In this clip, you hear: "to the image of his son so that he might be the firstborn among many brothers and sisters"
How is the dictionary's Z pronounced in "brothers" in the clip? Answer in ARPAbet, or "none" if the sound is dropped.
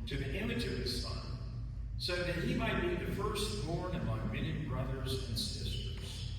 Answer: Z